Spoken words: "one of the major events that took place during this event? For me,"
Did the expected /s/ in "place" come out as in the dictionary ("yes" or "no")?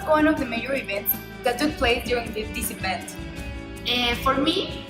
no